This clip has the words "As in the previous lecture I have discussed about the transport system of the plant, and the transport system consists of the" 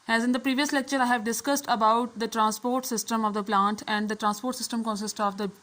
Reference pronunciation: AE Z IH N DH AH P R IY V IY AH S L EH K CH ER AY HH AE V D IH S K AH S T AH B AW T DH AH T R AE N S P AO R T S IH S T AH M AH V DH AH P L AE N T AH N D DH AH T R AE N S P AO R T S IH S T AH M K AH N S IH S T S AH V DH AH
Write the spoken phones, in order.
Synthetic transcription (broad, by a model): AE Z IH N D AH P R IY V IY AH S L EH K CH ER AY HH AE V D IH S K AH S T AH B AW T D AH T R AE N S P AO R T S IH S T AH M AH V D AH P L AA N T AH N D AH T R AE N S P AO R T S IH S T AH M K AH N S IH S T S AH V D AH